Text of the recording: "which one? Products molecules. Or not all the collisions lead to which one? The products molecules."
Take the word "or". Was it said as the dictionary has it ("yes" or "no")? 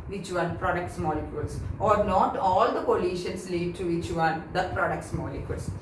yes